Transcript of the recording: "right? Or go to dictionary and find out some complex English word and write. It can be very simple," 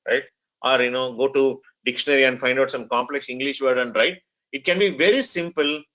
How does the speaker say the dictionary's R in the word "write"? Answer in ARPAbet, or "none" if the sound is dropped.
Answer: R